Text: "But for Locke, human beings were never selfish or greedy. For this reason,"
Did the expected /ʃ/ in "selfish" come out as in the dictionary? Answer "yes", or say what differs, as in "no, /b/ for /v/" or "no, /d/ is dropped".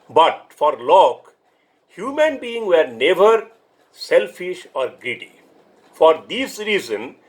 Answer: yes